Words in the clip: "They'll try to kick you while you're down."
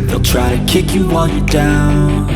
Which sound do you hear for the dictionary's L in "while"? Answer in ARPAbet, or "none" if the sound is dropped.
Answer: N